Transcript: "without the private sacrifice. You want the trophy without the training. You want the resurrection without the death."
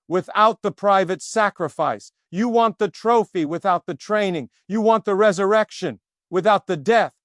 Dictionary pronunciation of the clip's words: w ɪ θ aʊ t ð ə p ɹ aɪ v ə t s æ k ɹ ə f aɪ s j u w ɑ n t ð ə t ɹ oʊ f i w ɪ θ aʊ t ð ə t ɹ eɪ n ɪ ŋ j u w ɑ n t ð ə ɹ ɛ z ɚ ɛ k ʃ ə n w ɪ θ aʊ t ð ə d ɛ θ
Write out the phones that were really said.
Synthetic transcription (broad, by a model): w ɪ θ aʊ t ð ə p ɹ aɪ v ə t s æ k ɹ ə f aɪ s j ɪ w ɑ n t ð ə t ɹ oʊ f i w ɪ θ aʊ t ð ə t ɹ eɪ n ɪ ŋ j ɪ w ɑ n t ð ə ɹ ɛ z ɚ ɛ k ʃ ə n w ɪ θ aʊ t ð ə d ɛ θ